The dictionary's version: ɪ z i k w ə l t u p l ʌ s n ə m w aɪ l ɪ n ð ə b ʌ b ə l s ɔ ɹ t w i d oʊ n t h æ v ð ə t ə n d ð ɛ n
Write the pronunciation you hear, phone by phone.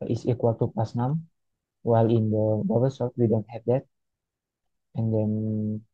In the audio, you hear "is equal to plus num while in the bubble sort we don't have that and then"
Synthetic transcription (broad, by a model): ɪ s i k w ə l t u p ɑ s n ə m w aɪ l ɪ n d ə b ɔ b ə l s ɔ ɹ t w i d oʊ n t h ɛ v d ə t ə n d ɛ n